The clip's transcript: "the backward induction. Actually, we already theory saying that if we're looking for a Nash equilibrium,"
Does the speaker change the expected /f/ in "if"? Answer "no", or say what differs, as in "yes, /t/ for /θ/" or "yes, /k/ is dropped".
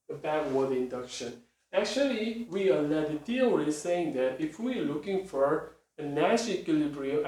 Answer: no